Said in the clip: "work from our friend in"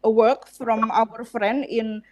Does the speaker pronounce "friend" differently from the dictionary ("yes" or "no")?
yes